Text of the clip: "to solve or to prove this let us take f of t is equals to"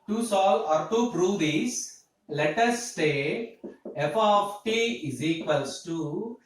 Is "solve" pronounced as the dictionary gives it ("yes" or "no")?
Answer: no